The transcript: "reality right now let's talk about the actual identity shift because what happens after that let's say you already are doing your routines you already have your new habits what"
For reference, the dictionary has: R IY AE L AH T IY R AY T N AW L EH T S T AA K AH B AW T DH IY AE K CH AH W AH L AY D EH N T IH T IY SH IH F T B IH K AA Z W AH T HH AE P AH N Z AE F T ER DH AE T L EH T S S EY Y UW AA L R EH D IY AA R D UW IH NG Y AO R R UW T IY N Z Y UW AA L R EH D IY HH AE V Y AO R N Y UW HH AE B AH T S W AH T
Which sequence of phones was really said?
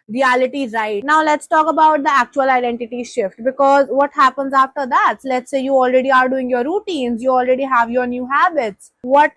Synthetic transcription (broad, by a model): R IY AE L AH T IY R AY T N AW L EH T S T AA K AH B AW T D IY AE K CH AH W AH L AY D EH N T IH T IY SH IH F T B IH K AA Z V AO T HH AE P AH N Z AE F T ER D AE T L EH T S S EY Y UW AA L R EH D IY AA R D UW IH NG Y AO R R UW T IY N Z Y UW AA L R EH D IY HH AE V Y AO R N Y UW HH AE B AH T S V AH T